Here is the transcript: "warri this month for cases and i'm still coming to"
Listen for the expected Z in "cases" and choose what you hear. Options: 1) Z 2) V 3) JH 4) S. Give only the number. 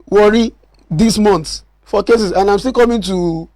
4